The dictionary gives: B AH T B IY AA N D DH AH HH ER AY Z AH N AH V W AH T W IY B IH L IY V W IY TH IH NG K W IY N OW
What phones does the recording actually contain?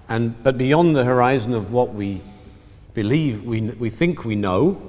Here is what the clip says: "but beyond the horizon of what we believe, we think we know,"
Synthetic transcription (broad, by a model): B AH T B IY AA N DH AH HH ER AY Z AH N AH V W AH T W IY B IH L IY V W IY TH IH NG K W IY N OW